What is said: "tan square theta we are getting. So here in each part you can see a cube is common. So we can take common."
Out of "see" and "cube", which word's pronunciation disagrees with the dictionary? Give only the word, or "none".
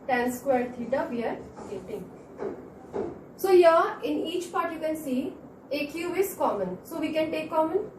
cube